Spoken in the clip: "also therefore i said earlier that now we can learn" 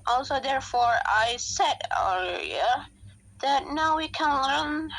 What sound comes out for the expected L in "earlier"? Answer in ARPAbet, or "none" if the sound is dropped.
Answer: none